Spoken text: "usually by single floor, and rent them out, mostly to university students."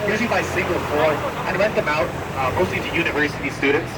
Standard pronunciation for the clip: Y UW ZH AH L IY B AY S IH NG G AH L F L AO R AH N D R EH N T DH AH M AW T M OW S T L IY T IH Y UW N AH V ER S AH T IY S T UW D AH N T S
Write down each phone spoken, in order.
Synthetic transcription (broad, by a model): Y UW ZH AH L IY B AY S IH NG G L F AO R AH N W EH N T DH AH M AW T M OW S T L IY T IH Y UW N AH V ER S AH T IY S T UW D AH N T S